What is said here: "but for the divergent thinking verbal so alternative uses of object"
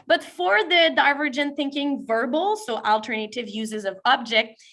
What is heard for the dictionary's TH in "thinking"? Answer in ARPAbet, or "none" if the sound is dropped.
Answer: TH